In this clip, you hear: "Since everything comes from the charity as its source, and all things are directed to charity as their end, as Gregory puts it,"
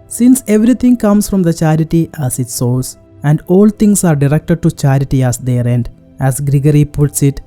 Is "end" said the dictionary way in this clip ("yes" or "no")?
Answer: yes